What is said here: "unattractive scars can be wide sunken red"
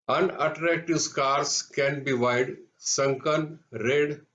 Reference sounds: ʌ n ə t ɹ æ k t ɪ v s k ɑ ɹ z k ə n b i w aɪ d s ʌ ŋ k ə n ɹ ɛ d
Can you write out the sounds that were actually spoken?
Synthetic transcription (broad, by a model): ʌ n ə t ɹ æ k t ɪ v s k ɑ ɹ s k ə n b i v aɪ d s ʌ ŋ k ə n ɹ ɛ d